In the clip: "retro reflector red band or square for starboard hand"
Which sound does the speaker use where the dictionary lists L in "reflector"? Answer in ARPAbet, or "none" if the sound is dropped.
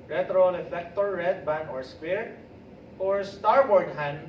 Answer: none